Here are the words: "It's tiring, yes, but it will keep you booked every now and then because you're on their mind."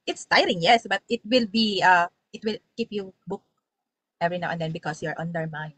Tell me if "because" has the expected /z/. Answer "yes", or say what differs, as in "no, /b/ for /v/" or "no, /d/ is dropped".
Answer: no, /s/ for /z/